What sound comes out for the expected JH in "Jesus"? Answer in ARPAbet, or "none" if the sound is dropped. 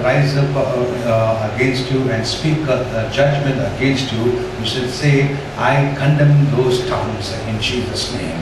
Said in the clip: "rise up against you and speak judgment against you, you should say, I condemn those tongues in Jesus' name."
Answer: CH